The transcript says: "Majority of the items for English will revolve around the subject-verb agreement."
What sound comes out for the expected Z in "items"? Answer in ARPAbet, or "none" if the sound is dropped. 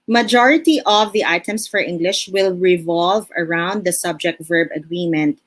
S